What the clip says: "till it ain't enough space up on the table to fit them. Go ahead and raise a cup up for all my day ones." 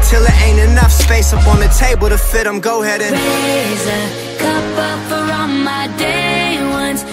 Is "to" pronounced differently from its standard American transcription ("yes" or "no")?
no